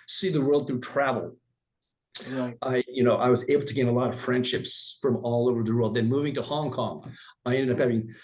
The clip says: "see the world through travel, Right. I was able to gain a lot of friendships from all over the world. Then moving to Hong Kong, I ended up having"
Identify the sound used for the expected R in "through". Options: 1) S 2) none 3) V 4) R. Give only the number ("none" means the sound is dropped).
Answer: 2